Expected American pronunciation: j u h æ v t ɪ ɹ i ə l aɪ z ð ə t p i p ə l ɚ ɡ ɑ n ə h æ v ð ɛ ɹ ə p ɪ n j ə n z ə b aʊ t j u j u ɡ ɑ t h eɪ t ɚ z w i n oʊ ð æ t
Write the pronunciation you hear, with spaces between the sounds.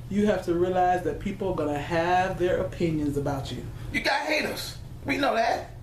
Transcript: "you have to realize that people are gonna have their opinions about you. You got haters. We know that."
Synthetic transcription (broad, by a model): j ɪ h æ f t ɪ ɹ i ə l aɪ z ð ə t p i p l ɡ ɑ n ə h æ v ð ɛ ɹ ə p ɪ n j ə n z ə b aʊ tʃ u j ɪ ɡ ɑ h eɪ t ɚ s w i n oʊ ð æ t